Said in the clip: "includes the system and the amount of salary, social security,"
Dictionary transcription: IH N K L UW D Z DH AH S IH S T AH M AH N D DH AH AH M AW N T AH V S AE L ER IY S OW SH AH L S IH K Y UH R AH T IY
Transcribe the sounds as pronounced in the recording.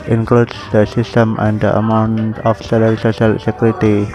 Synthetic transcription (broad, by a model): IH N K L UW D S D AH S IH S T AH M AH N D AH AH M AW N T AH F S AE L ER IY S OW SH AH L S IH K Y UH R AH T IY